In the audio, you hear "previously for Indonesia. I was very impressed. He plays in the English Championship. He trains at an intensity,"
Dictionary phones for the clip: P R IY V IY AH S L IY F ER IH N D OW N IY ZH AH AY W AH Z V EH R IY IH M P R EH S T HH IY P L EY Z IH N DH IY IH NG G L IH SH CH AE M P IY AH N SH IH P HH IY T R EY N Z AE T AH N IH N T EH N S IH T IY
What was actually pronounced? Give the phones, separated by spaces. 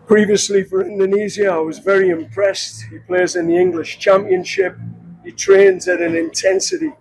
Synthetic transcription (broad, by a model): P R IY V IY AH S L IY F ER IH N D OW N IY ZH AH AY W AH Z V EH R IY IH M P R EH S T HH IY P L EY Z IH N DH IY IH NG G L IH SH CH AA M P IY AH N SH IH P HH IY T R EY N Z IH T AH N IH N T EH N S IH T IY